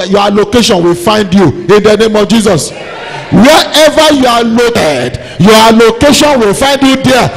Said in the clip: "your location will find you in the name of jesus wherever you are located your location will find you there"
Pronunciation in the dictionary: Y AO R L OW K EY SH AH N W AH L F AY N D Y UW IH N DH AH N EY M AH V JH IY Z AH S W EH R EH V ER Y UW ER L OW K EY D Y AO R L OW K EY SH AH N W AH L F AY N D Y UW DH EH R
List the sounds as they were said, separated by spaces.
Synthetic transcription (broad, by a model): Y AO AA L OW K EY SH AH N W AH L F AY N D Y UW IH N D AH N EY M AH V JH IY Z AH S W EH EH V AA Y UW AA L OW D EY D Y AO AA L OW K EY SH AH N W AH L F AY N D Y UW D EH